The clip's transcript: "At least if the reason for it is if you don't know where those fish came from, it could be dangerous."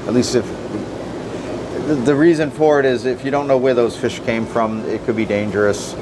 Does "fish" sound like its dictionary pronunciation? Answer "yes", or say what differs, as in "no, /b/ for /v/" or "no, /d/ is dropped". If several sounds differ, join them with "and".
yes